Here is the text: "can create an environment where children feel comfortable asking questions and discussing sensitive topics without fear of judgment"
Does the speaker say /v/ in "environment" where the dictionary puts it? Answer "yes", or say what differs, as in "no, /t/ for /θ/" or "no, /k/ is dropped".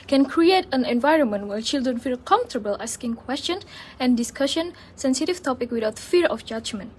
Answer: yes